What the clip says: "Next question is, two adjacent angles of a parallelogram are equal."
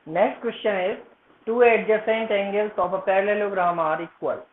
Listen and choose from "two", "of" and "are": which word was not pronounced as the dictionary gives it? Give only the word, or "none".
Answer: of